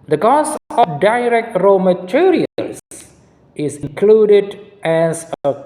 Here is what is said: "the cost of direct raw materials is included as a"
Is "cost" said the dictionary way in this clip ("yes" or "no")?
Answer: no